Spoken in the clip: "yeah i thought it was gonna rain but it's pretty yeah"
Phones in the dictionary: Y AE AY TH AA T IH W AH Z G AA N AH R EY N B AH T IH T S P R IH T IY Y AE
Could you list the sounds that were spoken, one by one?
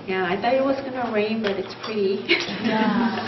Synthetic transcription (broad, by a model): Y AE AY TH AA IH W AH Z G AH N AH R EY N B AH T IH T S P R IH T IY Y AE